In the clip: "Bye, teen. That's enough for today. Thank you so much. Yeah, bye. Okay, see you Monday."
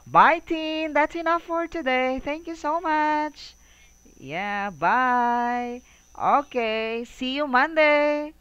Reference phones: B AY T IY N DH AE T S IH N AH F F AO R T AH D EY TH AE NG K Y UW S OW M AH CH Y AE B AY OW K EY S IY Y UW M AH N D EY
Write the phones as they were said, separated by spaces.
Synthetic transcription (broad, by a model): B AY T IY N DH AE T S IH N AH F F AO R T AH D EY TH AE NG K Y UW S OW M AH CH Y AE B AY OW K EY S IY Y UW M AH N D EY